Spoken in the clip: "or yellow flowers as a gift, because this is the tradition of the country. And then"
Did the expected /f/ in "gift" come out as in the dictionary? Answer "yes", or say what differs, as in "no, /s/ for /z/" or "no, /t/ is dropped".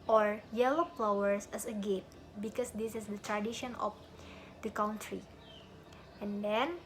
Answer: no, /f/ is dropped